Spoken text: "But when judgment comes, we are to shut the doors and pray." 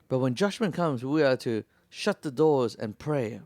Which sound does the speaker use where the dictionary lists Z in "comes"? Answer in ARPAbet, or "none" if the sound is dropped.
Z